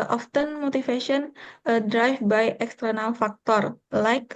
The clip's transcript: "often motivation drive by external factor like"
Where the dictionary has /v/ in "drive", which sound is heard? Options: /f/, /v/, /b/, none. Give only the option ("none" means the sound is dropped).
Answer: /f/